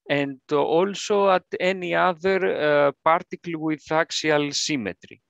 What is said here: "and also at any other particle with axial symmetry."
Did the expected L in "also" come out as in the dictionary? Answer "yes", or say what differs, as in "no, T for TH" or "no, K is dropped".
yes